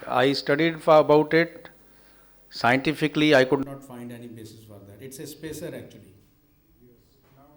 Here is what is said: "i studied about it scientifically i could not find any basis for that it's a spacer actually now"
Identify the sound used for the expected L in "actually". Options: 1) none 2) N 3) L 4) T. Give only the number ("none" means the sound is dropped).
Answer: 1